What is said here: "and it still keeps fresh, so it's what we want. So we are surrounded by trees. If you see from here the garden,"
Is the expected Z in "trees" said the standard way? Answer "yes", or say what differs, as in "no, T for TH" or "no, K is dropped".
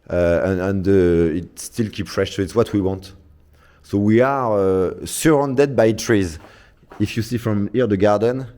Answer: yes